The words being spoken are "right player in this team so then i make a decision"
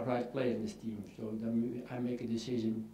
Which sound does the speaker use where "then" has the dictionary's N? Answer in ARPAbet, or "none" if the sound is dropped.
none